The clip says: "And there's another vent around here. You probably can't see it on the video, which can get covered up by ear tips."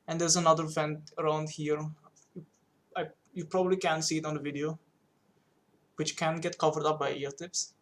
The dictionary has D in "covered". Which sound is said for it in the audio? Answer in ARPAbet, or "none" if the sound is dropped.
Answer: D